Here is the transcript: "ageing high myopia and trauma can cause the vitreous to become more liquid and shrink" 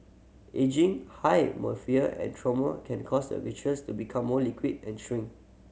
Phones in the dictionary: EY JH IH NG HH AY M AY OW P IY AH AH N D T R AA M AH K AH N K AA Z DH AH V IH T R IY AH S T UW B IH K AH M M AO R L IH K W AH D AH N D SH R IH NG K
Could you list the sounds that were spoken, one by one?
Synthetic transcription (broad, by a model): EY JH IH NG HH AY M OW F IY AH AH N T R AA M AH K AH N K AA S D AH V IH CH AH S T UW B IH K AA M M AO L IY K W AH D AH N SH R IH NG